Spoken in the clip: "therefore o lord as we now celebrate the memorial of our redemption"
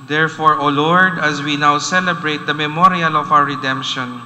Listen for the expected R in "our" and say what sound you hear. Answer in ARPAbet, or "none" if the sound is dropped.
W